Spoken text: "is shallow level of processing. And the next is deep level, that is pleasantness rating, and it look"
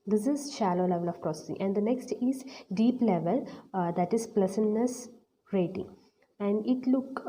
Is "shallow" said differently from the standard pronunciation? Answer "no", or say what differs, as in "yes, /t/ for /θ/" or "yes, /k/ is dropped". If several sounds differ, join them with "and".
no